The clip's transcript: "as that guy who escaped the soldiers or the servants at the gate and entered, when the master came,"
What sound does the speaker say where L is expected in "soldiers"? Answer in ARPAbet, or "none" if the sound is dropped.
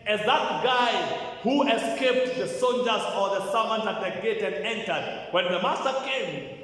N